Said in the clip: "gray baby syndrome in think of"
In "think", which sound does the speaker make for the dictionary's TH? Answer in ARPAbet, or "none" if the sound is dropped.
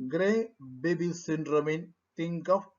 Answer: T